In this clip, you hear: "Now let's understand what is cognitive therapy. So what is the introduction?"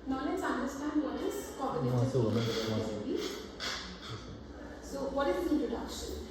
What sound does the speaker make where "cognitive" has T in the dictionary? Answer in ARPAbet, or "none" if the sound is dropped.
S